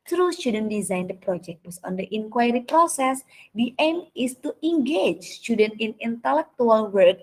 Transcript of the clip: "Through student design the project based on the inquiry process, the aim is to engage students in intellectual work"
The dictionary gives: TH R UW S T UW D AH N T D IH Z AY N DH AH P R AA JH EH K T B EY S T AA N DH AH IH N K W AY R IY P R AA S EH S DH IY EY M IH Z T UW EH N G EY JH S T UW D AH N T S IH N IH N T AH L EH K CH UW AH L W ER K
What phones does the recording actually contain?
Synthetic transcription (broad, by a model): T R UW S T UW D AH N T D IH Z AY N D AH P R AA JH EH K T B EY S AA N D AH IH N K W AY R IY P R AA S EH S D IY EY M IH S T UW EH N G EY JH S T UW D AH N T IH N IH N T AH L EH K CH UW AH L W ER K